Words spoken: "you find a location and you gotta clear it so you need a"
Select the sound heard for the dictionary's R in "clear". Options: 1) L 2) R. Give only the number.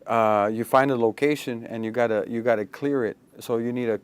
2